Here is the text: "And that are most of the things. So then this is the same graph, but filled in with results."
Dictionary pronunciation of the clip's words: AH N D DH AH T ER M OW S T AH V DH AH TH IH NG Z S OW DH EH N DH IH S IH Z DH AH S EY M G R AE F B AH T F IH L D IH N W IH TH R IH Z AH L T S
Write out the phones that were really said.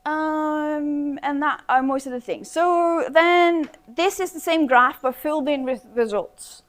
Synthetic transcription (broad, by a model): AH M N DH AH T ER M OW S T AH V DH AH TH IH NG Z S OW DH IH N DH IH S IH Z DH AH S EY M G R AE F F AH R F IH L D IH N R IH R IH Z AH L T S